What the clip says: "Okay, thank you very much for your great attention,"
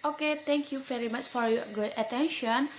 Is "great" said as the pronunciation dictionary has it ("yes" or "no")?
no